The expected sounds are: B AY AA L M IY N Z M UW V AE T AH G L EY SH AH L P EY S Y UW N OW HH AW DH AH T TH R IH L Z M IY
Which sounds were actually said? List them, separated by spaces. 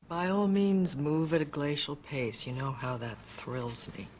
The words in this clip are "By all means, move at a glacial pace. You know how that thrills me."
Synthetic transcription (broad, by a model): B AY AA L M IY N Z M UW V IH T AH G L EY SH L P EY S Y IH N OW HH AW DH AH T TH R IH L Z M IY